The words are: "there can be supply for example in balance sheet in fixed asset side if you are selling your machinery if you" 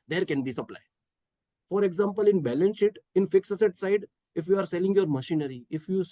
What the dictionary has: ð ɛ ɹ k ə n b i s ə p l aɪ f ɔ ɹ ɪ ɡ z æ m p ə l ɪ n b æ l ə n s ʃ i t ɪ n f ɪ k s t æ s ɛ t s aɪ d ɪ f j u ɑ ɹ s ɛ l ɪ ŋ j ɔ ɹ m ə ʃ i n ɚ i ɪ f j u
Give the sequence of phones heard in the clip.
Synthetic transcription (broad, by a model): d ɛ ɹ k ə n b i s ə p l aɪ f ɔ ɹ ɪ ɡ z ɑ m p ə l ɪ n b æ l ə n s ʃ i t ɪ n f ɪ k s ʌ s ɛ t s aɪ d ɪ f j u ɑ ɹ s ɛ l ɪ ŋ j ɔ ɹ m ə ʃ i n ɚ i ɪ f j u